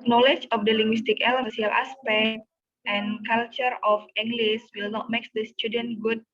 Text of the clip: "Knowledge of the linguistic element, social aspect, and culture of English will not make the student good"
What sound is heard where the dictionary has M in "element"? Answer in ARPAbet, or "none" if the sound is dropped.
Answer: none